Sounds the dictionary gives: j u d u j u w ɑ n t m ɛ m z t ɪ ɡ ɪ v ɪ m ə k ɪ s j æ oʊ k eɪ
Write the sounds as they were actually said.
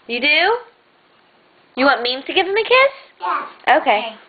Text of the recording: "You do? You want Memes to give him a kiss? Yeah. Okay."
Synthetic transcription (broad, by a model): j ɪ d u j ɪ w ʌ t m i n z t ɪ ɡ ɪ v ɪ m ə k ɪ s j oʊ k eɪ